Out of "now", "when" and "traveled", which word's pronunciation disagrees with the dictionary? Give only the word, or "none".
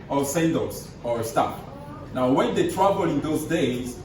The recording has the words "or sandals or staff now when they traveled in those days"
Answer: traveled